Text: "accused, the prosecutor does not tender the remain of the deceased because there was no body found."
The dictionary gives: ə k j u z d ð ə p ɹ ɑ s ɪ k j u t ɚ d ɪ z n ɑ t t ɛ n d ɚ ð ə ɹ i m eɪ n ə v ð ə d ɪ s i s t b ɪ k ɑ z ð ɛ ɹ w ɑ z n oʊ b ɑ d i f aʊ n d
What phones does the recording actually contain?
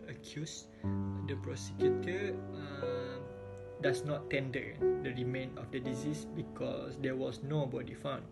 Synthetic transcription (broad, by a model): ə k j u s d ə p ɹ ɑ s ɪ k j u t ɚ d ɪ s n ɑ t t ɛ n d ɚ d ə ɹ i m eɪ n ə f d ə d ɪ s i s b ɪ k ɑ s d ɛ w ɑ s n oʊ b ɑ d i f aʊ n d